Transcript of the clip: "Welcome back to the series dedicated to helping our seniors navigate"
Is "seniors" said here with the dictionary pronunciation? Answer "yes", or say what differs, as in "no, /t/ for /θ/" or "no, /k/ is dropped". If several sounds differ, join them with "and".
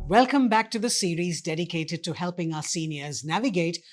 yes